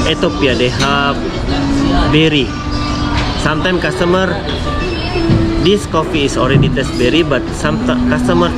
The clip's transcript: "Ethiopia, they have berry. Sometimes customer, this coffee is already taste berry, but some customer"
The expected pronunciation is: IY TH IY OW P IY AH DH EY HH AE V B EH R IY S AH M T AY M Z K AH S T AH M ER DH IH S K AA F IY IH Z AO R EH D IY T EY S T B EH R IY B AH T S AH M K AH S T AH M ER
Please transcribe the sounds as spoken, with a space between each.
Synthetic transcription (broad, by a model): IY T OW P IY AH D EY HH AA P B EH R IY S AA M T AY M K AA S T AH M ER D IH S K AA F IY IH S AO R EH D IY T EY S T B EH R IY B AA T S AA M K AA S T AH M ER